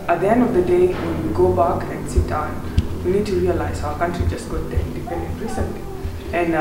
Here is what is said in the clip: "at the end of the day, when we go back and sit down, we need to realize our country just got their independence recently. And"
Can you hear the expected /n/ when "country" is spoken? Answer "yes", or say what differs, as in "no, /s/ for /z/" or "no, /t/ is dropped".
yes